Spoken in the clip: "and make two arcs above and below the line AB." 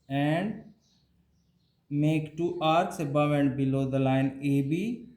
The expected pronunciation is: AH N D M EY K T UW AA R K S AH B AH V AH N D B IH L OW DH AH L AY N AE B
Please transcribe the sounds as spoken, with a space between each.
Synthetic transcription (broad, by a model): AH N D M EY K T UW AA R S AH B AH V AH N D B IH L OW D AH L AY N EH B